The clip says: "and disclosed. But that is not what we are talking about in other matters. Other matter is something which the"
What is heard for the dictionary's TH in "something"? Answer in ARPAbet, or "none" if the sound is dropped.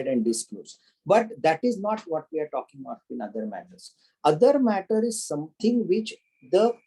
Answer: T